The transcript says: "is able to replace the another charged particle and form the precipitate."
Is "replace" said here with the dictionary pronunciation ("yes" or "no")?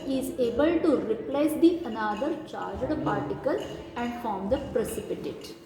yes